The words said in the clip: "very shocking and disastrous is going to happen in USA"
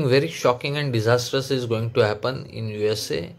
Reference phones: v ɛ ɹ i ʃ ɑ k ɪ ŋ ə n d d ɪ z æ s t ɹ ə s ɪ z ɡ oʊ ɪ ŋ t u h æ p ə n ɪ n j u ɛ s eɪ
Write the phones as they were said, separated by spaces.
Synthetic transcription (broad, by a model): v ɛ ɹ i ʃ ɑ k ɪ ŋ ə n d d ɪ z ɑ s t ə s ɪ z ɡ oʊ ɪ ŋ t u h æ p ə n ɪ n j u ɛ s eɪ